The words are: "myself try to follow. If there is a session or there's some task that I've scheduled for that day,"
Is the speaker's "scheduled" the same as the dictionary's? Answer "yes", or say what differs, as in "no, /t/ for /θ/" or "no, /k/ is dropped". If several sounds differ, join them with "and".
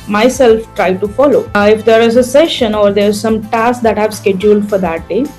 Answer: yes